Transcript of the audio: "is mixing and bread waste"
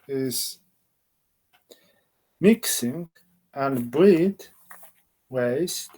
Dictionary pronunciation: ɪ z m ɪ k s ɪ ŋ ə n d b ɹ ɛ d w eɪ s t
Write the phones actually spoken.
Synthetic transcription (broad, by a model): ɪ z m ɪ k s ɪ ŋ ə n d b l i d w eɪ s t